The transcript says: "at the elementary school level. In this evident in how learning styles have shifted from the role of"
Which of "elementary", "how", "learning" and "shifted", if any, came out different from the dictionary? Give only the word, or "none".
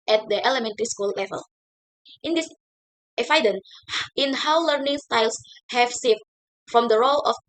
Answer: shifted